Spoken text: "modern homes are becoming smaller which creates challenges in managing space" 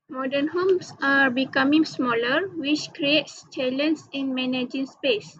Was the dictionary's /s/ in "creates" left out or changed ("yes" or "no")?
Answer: no